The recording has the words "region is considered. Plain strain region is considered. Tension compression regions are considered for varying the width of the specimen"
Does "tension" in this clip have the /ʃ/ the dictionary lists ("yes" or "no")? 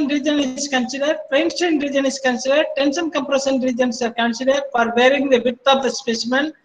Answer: no